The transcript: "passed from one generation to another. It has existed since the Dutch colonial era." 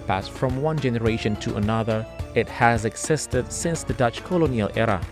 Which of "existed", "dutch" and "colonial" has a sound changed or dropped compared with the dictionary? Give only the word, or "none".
none